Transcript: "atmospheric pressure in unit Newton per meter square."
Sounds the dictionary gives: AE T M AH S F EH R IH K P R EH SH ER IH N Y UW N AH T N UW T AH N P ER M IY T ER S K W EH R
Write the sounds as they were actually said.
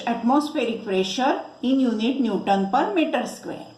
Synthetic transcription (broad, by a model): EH T M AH S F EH R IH K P R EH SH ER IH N Y UW N AH T N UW T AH N P ER M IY T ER S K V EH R